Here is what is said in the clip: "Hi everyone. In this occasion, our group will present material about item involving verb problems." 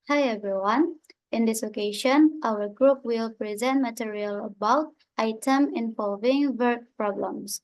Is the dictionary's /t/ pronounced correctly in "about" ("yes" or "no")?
yes